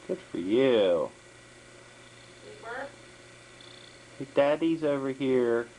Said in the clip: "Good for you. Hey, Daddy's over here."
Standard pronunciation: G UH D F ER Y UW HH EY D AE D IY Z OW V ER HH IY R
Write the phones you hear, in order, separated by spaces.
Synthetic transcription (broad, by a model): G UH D F ER Y UW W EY D AE D IY Z OW V ER HH IY R